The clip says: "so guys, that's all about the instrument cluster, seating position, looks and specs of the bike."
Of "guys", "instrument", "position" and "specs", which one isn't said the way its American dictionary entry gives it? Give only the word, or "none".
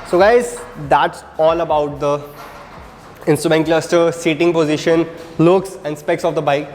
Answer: none